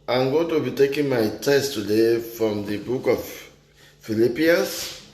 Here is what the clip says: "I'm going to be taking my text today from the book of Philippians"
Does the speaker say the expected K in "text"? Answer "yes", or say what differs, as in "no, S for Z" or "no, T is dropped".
no, K is dropped